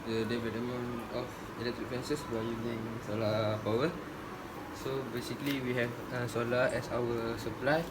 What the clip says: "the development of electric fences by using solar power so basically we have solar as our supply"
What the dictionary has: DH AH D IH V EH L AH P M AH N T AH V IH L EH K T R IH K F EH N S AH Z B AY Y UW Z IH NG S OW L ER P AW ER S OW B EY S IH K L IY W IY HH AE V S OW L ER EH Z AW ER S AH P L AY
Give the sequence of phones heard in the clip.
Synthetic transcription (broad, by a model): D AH D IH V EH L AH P M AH N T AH F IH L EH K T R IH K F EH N S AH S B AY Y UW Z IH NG S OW L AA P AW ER S OW B EY S IH K L IY W IY HH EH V S OW L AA EH S AW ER S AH P L AY